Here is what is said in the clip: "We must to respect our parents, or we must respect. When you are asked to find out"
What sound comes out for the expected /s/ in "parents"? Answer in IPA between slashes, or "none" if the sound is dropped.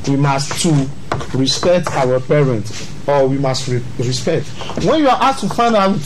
none